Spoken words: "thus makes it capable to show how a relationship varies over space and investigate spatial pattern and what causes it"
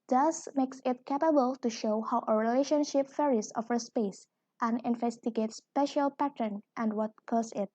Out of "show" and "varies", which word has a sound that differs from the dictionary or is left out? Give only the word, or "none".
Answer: varies